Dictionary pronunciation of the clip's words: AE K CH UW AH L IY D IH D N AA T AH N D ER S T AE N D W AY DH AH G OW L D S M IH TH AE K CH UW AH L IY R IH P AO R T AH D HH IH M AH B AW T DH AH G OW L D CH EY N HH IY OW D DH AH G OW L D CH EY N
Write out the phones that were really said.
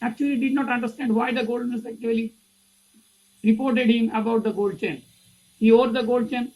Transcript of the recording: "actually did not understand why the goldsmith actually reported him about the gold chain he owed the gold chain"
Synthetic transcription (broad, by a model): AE K CH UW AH L IY D IH D N AA T AH N D ER S T AE N D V AY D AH G OW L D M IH S AE K CH UW AH L IY R IH P AO R T AH D HH IH M AH B AW T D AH G OW L D CH EY N HH IY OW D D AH G OW L D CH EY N